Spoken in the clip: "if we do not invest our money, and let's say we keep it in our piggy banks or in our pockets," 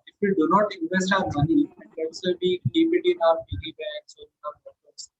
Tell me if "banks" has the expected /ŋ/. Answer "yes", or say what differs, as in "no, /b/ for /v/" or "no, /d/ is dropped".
no, /ŋ/ is dropped